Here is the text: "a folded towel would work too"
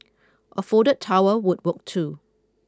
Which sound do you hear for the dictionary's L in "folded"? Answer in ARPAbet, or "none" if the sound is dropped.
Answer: none